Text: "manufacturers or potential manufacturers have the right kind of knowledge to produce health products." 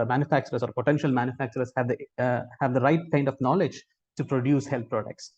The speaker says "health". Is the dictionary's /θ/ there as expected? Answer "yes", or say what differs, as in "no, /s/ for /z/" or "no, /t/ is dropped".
no, /t/ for /θ/